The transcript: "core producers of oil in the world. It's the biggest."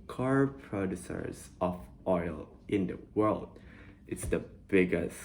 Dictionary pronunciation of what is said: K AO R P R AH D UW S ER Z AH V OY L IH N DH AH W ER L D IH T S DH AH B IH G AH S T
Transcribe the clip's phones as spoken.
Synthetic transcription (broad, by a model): K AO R P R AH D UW S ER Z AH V OY L IH N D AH W ER L D IH T S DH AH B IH G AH S